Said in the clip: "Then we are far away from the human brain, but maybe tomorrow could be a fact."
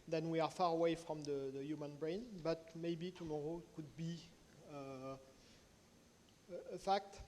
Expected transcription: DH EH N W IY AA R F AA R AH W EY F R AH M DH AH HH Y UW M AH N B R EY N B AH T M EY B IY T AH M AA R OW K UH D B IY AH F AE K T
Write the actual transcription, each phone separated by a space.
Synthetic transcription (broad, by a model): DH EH N W IY AA R F AA R AH W EY F R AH M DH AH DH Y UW M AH N B R EY N B AH T M EY B IY T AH M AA R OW K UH D B IY AH F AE K T